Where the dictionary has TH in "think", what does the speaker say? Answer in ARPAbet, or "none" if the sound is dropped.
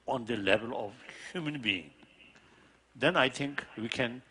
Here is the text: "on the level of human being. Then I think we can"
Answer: T